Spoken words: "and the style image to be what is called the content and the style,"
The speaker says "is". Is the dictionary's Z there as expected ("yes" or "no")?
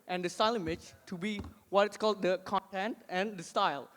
no